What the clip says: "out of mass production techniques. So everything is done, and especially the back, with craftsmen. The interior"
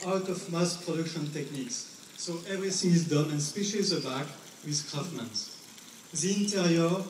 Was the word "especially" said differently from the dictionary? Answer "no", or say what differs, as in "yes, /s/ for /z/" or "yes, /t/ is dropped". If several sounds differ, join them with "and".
yes, /l/ is dropped